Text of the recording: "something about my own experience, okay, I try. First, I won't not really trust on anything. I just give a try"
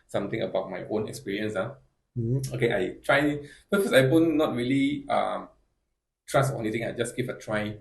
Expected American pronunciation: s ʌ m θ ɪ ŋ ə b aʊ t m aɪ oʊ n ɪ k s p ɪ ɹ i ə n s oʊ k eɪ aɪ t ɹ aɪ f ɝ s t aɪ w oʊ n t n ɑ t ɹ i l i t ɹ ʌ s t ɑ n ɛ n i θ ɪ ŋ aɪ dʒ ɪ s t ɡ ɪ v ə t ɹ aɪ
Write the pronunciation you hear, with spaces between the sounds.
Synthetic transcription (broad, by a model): s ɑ m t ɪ ŋ ə b aʊ t m aɪ oʊ n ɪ k s p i ɹ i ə n s oʊ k eɪ aɪ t ɹ aɪ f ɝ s aɪ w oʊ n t n ɑ t ɹ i l i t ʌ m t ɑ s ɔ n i t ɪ ŋ aɪ dʒ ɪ s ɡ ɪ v ə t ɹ aɪ